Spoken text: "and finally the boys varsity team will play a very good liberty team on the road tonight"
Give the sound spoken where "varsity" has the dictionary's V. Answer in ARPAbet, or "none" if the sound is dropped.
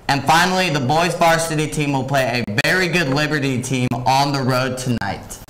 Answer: B